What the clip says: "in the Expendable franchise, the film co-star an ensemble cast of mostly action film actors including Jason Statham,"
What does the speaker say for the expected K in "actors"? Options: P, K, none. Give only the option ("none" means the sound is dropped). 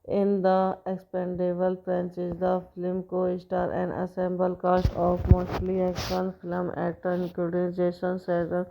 none